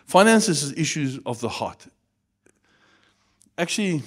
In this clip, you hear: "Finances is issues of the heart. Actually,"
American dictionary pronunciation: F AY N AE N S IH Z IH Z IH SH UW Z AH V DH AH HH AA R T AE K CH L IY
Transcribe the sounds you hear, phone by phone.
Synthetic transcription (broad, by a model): F AY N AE N S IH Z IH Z IH SH UW Z AH V DH AH HH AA T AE K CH L IY